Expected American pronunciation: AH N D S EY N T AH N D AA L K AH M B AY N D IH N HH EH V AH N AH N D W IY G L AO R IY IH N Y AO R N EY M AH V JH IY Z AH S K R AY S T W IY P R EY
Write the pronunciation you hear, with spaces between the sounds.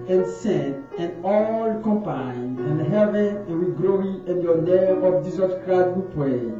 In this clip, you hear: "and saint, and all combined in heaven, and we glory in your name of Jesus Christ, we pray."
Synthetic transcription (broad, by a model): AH N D S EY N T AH N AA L K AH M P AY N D IH N HH EH V AH N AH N W IY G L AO IY IH N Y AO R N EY AH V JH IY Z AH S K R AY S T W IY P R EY